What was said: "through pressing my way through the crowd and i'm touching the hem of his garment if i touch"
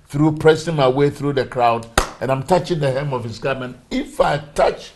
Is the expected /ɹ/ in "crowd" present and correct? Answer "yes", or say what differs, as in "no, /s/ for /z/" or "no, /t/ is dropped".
yes